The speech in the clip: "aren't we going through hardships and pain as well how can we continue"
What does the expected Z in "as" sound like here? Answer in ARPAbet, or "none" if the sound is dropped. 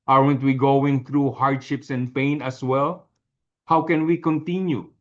S